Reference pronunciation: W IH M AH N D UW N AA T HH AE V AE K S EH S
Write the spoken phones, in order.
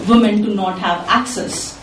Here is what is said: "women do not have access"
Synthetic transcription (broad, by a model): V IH M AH N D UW N AA T HH AE V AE K S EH S